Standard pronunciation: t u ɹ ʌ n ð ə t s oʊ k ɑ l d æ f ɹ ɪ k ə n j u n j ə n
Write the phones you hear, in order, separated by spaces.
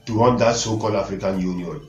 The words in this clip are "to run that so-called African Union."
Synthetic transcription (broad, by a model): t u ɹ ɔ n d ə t s oʊ k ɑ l ɑ f ɹ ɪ k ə n j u n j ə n